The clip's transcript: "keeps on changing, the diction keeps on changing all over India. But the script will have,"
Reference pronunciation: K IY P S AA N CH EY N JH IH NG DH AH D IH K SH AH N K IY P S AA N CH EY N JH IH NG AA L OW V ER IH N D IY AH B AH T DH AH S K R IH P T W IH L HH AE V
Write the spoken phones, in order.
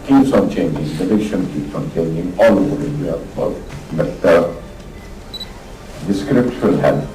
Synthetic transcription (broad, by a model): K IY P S AA N CH EY N JH IH NG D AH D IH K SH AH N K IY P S AA N CH EY N JH IH NG AA L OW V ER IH D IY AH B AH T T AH S K R IH P T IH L HH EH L